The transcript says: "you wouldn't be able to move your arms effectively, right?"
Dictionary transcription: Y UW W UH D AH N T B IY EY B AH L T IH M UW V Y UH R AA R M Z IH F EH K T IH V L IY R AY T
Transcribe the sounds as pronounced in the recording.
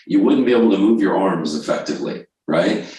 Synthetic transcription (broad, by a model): Y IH W UH D N B IY EY B L T IH M UW V Y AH R AA R M Z IH F EH K T IH V L IY R AY T